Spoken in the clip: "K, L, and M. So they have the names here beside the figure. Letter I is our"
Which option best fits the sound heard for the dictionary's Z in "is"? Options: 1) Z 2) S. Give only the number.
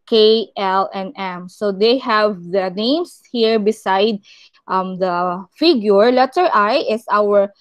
2